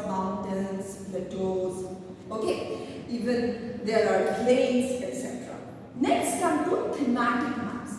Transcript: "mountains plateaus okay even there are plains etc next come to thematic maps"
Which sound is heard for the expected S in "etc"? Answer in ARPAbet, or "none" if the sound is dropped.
S